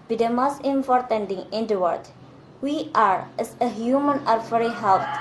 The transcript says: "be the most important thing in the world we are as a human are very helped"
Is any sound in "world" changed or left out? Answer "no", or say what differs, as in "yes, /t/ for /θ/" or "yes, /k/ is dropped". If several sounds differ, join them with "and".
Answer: yes, /l/ is dropped